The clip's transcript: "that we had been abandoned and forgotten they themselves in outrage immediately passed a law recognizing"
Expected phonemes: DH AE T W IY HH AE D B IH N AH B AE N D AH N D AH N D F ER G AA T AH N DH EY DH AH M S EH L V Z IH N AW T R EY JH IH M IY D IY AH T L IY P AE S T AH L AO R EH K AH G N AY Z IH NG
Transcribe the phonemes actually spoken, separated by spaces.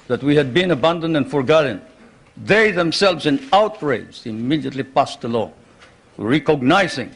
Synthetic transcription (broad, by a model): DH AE T W IY HH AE D B IH N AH B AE N D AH N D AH N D F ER G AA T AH N DH EY DH AH M S EH L V Z IH N AW T R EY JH IH M IY D IY AH T L IY P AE S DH AH L AO R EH K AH G N AY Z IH NG